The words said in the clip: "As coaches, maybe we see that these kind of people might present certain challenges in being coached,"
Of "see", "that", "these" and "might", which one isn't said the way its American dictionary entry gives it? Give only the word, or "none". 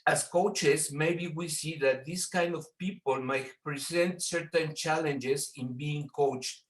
these